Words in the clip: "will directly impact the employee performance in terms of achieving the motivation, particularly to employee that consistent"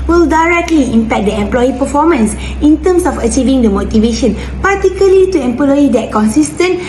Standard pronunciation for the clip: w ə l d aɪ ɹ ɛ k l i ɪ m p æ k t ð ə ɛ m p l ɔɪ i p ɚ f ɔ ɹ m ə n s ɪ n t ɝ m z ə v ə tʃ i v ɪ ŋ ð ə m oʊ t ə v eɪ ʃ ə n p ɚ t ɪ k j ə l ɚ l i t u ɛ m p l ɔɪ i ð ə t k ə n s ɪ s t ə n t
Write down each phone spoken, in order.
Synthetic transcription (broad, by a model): w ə l d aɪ ɹ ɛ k l i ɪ m p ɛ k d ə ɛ m p l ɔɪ i p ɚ f ɔ m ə n s ɪ n t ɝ m s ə f ə tʃ i v ɪ ŋ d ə m oʊ t ə v eɪ ʃ ə n p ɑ t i k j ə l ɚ l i t u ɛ m p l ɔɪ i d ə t k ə n s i s t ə n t